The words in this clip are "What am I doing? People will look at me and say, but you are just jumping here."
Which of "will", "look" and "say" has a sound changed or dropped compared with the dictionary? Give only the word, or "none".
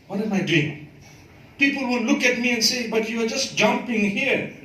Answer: will